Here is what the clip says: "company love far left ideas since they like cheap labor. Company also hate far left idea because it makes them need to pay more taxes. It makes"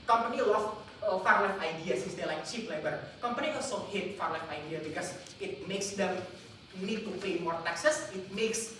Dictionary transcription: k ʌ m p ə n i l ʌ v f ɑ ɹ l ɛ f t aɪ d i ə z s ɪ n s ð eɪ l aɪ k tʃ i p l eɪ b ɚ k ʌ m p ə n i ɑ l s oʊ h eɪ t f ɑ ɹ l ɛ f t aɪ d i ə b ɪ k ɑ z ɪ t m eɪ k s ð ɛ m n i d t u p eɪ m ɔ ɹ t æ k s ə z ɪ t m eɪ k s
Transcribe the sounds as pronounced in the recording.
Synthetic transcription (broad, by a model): k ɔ m p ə n i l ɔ f f ɑ ɹ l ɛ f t aɪ d i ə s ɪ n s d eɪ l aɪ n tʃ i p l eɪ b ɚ k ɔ m p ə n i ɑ s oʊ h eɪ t f ɑ ɹ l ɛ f aɪ d i ə b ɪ k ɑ s ɪ t m eɪ k s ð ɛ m n i d t u p eɪ m ɔ ɹ t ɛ k s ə s ɪ t m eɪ k s